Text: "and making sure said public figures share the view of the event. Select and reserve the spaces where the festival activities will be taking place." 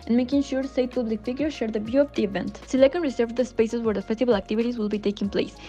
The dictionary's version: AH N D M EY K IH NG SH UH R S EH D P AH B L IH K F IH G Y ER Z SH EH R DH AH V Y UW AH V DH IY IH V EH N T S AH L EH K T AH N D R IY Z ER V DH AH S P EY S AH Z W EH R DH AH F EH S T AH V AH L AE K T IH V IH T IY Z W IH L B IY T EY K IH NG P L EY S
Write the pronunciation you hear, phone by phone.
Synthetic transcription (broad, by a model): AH N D M EY K IH NG SH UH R S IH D P AH B L IH K F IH G Y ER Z SH EH R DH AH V Y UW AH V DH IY IH V EH N T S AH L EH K AH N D R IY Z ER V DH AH S P EY S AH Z W EH R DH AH F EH S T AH B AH L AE K T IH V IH T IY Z W IH L B IY T EY K IH NG P L EY S